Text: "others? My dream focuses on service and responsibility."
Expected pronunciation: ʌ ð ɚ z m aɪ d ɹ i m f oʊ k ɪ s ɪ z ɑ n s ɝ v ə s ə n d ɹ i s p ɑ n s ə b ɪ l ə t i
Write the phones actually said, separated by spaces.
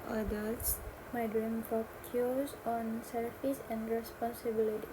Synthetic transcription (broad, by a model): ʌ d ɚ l m aɪ d ɹ i m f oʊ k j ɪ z ɑ n s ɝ f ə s ə n d ɹ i s p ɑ n s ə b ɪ l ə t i